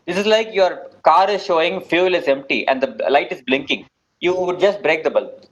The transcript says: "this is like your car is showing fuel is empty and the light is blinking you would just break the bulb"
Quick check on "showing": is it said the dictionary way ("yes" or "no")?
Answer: yes